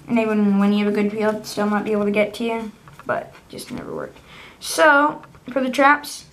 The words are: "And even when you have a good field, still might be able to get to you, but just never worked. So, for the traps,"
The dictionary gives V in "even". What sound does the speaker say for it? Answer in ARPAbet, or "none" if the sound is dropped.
W